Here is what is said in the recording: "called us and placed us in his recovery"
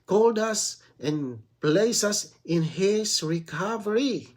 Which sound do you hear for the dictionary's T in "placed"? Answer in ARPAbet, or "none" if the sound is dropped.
none